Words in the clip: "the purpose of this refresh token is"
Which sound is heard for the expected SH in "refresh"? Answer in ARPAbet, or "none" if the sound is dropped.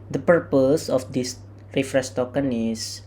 S